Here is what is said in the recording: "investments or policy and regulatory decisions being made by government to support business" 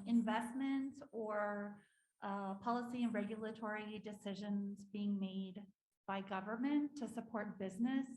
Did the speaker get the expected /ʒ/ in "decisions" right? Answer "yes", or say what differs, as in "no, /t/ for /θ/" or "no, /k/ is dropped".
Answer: yes